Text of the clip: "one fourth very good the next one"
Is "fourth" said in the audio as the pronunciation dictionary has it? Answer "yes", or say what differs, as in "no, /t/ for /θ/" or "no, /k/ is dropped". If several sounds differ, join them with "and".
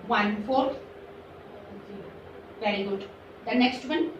no, /s/ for /θ/